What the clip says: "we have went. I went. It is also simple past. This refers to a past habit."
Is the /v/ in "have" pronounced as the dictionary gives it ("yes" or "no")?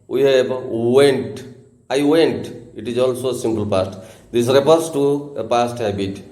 no